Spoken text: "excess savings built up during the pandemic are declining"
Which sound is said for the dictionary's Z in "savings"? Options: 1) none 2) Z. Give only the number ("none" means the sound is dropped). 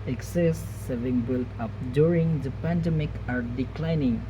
1